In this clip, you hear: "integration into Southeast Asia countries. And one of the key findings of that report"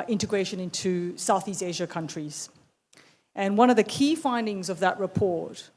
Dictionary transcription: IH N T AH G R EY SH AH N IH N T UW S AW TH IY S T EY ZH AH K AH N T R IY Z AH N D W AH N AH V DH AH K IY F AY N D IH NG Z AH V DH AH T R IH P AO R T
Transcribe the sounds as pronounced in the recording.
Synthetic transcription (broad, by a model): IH N T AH G R EY SH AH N IH N T UW S AW TH IY S T EY ZH AH K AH N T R IY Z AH N W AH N AH V DH AH K IY F AY N D IH NG Z AH V DH AH T R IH P AO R T